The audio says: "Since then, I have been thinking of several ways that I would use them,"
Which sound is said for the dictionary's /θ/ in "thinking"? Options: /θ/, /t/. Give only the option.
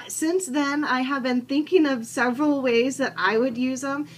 /θ/